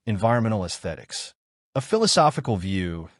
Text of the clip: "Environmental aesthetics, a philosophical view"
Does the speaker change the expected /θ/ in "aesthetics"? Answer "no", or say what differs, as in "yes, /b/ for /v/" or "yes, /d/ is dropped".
no